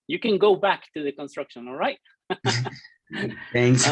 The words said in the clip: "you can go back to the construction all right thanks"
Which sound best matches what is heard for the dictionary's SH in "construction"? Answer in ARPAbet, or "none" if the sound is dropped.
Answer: SH